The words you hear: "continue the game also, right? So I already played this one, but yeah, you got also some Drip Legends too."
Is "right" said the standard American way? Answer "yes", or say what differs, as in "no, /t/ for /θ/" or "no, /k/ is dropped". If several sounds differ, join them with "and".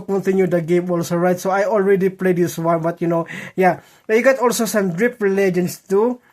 yes